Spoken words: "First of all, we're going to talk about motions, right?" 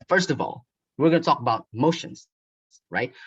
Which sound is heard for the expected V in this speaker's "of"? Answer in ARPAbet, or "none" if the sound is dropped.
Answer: V